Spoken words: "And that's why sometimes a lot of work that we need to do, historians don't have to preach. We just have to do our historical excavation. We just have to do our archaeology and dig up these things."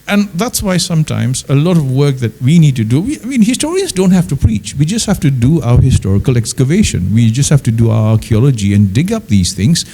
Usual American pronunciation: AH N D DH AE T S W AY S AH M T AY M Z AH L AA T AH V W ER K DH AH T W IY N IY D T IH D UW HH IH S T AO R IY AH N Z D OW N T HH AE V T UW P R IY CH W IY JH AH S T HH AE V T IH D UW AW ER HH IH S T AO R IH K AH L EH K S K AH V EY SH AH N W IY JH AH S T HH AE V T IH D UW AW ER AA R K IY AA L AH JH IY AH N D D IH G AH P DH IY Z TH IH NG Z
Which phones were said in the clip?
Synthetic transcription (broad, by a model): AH N DH AE T S W AY S AH M T AY M Z AH L AA T AH V W ER K DH AH T W IY N IY D T IH D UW HH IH S T AO R IY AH N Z D OW N T HH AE F T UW P R IY CH W IY JH AH S T HH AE F T IH D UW AW ER HH IH S T AO R IH K AH L EH K S K AH V EY SH AH N W IY JH AH S T HH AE F T IH D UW AW ER AA R K IY AA L AH JH IY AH N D D IH G AH P DH IY Z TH IH NG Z